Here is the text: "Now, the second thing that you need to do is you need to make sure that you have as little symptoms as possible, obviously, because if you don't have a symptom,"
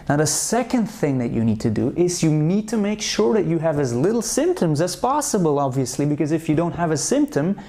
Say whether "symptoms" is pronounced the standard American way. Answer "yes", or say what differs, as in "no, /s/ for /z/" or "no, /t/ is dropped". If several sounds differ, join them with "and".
yes